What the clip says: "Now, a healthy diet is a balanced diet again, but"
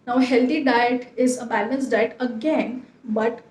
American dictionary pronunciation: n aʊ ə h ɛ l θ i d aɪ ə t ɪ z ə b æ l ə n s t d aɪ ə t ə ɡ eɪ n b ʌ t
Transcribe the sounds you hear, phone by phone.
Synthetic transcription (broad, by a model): n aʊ ə h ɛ l t i d aɪ ə t ɪ z ə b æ n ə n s d aɪ ə t ə ɡ eɪ n b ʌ t